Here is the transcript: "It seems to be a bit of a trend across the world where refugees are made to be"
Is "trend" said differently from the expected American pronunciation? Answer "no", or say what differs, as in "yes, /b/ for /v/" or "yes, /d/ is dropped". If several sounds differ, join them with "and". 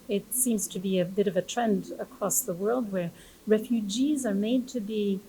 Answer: no